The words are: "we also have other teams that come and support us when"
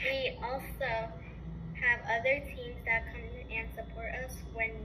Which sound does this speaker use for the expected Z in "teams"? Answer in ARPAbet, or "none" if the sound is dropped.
Z